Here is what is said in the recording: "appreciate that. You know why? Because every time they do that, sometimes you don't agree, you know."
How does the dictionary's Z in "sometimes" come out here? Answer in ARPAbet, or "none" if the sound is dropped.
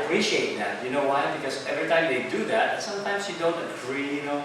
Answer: S